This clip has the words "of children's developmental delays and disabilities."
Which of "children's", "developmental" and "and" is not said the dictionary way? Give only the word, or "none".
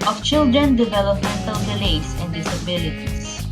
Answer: children's